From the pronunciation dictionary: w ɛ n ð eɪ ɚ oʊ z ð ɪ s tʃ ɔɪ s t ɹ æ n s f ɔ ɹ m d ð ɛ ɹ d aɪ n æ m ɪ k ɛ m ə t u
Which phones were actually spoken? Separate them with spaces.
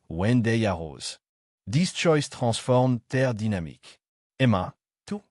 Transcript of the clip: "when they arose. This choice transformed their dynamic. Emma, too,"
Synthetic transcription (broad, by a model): w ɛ n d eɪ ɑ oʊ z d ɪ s tʃ ɔɪ s t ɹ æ s f ɔ ɹ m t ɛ ɹ d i n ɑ m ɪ k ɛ m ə t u